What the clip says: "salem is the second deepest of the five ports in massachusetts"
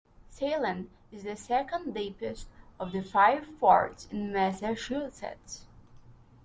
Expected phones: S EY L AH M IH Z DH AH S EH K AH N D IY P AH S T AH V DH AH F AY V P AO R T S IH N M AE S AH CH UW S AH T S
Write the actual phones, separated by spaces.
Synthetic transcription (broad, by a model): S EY L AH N IH Z DH AH S EH K AH N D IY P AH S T AH V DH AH F AY V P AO R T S IH N M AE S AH SH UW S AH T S